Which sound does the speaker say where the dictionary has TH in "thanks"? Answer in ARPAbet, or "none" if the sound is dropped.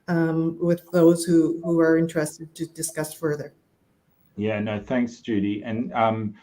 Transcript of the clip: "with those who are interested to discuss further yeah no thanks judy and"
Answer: TH